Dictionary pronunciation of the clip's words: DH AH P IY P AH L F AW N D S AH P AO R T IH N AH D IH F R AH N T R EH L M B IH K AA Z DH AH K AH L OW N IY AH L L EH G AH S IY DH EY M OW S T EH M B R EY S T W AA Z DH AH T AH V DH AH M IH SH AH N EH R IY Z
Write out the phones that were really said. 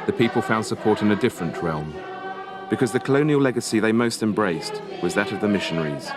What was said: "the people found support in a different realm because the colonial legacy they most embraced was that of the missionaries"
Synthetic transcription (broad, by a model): DH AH P IY P AH L F AW N D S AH P AO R T IH N AH D IH F R AH N T R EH L M B IH K AA Z DH AH K AH L OW N IY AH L L EH G AH S IY DH EY M OW S T EH M B R EY S T W AA Z DH AH T AH V DH AH M IH SH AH N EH R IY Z